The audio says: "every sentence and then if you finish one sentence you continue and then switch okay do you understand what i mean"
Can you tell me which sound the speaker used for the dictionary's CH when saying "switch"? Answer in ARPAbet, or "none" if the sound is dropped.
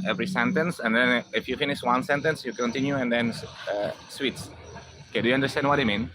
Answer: S